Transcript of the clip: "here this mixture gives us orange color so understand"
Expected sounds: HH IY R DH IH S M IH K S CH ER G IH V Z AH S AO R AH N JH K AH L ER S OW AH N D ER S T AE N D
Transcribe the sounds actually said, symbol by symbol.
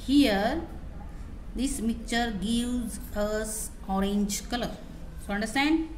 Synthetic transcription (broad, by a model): HH IY R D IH S M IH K CH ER G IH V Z AH S AO R AH N JH K AH L ER S OW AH N D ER S T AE N D